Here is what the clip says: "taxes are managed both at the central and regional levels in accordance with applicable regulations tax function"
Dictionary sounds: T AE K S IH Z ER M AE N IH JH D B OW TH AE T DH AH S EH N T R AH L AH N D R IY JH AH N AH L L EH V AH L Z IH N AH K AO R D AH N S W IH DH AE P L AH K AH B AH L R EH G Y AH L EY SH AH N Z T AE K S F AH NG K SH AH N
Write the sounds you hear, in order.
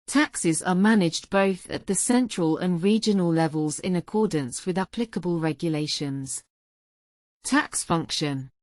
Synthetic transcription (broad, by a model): T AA K S IH Z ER M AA N IH JH B OW TH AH T DH AH S EH N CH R AH L AH N R IY JH AH N AH L L EH V AH L Z IH N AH K AO D N S W IH DH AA P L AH K AH B AH L R EH G Y AH L EY SH AH N Z T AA K S F AH NG K SH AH N